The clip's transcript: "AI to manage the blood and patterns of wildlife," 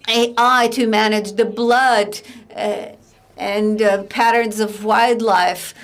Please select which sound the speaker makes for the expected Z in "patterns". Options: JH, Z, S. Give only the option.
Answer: Z